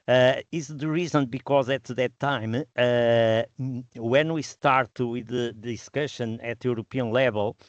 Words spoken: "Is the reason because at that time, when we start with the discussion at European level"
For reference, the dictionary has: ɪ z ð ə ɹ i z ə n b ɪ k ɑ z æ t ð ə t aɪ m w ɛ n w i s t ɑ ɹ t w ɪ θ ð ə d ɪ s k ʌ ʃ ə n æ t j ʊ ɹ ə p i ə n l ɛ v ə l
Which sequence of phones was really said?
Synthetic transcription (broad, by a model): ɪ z ð ə ɹ i z ə n b ɪ k ɑ z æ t ð ə t aɪ m w ɛ n w i s t ɑ ɹ t w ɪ ð ə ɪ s k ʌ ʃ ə n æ t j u ɹ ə p i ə n l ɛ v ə l